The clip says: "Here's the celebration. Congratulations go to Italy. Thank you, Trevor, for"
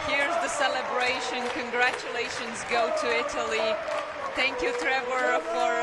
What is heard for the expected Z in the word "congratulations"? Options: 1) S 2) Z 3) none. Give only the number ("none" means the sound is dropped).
2